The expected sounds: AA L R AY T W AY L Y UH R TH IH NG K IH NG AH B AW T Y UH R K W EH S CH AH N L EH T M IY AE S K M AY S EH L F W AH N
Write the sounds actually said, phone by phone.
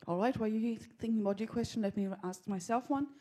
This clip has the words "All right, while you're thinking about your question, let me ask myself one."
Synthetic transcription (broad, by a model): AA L R AY T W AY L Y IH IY TH IH NG K IH NG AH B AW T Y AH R K W EH S CH AH N L EH T M IY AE S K M AY S EH L F W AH N